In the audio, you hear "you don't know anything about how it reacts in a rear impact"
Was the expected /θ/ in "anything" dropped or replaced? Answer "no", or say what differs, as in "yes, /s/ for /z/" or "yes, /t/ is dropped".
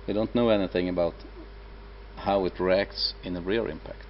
no